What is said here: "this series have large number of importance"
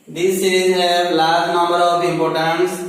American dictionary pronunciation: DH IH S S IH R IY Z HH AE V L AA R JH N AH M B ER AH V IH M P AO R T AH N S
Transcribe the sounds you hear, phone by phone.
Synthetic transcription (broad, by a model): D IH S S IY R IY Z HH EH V L AA R JH N AH M B ER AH B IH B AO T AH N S